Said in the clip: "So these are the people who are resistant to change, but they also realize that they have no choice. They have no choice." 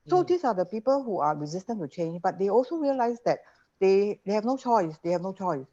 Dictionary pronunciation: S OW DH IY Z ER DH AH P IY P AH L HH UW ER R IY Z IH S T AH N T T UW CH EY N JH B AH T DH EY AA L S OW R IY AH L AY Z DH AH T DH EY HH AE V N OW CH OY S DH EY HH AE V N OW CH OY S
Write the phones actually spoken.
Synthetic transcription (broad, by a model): S OW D IY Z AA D AH P IY P AH L HH UW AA R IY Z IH S T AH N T T UW CH EY N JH B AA T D EY AA L S OW R IY AH L AY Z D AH T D EY HH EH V N OW CH OY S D EY HH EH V N OW CH OY S